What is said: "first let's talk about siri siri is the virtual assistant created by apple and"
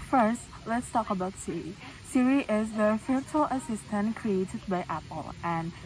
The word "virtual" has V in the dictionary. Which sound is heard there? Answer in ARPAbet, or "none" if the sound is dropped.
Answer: F